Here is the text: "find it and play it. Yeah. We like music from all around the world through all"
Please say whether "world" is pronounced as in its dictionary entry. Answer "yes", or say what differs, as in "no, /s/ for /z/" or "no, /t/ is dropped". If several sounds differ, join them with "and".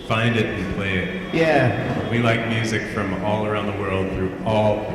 yes